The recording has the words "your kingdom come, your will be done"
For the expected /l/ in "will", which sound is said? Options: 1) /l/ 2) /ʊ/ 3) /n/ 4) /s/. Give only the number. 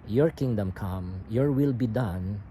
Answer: 1